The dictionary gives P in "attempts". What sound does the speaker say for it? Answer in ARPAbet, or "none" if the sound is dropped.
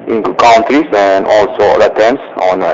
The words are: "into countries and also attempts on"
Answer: none